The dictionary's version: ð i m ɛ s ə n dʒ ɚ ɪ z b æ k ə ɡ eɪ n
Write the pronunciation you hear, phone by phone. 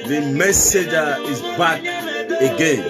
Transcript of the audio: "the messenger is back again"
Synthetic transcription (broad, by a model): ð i m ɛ s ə dʒ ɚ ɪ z b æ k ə ɡ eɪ n